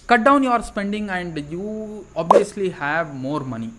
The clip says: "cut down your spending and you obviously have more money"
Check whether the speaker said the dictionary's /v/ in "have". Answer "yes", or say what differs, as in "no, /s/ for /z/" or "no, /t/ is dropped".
yes